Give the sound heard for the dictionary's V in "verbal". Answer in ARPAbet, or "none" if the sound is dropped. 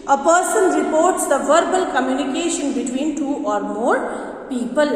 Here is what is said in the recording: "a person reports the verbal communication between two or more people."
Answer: V